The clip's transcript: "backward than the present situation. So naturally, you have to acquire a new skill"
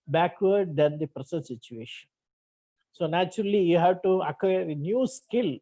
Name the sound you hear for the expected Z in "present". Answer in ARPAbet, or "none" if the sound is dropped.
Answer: S